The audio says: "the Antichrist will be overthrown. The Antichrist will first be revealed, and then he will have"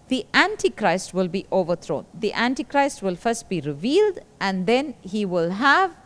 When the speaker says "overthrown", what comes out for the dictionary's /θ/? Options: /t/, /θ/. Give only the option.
/t/